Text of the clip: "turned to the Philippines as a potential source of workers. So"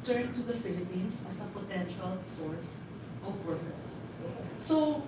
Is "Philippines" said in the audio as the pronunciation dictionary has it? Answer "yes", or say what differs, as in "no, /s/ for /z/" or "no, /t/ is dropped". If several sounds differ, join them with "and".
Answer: no, /s/ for /z/